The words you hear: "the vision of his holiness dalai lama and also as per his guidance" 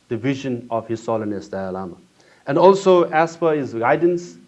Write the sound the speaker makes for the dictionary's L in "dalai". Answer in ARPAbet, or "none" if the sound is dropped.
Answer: none